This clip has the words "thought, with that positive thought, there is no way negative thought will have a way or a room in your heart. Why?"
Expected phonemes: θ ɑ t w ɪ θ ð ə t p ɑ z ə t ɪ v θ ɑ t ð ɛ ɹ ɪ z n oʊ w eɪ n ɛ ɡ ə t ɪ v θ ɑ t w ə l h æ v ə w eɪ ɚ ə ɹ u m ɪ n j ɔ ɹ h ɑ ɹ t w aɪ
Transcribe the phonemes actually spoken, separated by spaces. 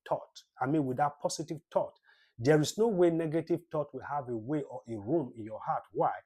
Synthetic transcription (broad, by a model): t ɑ t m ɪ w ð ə t p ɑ s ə t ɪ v t ɑ t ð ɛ ɹ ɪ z n oʊ w eɪ n ɛ ɡ ə t ɪ v t ɑ t w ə h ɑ v ə w eɪ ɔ ə ɹ u m ɪ n j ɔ h ɑ t w aɪ